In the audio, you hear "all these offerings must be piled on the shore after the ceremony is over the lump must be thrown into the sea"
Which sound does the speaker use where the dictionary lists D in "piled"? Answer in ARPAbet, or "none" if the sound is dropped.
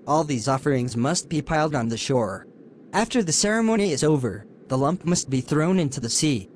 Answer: D